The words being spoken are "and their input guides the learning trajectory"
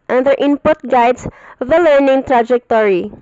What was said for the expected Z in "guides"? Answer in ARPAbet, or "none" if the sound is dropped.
S